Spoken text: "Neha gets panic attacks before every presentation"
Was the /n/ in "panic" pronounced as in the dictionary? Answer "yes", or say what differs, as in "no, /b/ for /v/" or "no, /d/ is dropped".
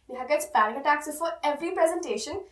no, /n/ is dropped